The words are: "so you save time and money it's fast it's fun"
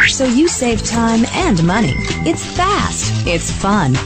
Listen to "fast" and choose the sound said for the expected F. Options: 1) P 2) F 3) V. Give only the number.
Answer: 2